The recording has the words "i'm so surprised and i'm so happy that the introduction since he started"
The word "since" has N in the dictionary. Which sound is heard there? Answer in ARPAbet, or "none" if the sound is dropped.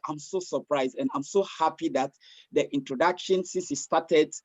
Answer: none